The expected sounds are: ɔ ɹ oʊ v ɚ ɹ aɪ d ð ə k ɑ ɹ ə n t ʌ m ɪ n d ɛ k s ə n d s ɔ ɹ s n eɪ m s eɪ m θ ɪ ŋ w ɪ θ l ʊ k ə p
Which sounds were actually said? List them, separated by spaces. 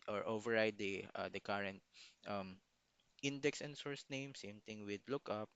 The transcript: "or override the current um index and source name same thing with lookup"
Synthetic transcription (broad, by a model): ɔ ɹ oʊ v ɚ ɹ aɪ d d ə k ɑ ɹ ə n t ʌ m ɪ n d ɛ k s ə n d s ɔ ɹ s n eɪ m s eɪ m t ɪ ŋ w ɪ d l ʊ k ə p